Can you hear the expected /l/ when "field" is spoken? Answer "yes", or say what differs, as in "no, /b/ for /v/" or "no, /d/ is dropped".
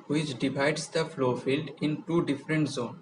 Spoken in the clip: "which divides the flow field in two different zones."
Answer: yes